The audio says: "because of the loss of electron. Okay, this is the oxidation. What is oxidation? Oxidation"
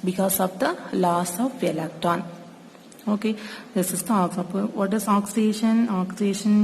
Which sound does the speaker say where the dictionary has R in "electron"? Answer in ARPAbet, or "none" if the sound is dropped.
none